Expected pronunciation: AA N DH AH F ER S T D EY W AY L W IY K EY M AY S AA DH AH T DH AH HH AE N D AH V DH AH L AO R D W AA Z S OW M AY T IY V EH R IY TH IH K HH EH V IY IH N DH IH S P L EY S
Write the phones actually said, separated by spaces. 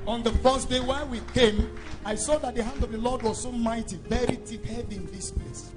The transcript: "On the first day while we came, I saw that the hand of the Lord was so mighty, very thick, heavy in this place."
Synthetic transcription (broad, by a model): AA N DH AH F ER S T D EY W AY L W IY K EY M AY S AA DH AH T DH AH HH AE N D AH V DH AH L AO D W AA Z S OW M AY T IY V EH R IY T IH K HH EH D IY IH N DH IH S P L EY S